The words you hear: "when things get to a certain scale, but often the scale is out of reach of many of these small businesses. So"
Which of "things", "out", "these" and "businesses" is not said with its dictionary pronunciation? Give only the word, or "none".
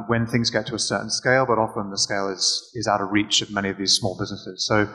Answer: none